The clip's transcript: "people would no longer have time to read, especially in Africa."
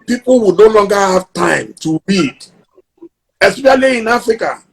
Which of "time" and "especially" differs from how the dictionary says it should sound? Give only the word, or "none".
especially